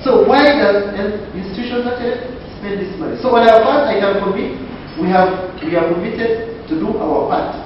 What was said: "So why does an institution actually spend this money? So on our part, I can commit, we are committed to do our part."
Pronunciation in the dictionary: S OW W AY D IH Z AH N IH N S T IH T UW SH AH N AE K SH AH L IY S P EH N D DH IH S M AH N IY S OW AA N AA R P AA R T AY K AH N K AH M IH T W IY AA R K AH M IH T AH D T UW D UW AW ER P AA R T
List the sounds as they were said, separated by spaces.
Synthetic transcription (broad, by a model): S OW W AY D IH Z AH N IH N S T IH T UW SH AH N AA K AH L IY S P EH N D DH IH S M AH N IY S OW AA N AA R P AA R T AY K AH N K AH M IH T W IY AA W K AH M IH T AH D T UW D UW AW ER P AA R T